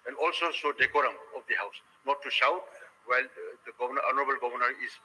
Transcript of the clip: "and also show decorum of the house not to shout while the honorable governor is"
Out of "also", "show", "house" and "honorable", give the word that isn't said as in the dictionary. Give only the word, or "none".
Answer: show